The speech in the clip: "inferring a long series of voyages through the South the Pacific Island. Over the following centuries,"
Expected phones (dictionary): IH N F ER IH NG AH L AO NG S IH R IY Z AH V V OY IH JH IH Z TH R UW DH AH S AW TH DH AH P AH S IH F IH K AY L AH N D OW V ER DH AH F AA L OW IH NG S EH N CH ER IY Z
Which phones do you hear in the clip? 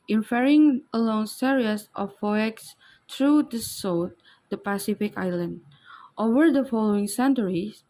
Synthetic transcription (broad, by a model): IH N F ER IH NG AH L AO NG S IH R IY AH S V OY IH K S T R UW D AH S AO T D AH P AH S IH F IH K AY L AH N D OW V ER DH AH F AA L OW IH NG S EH N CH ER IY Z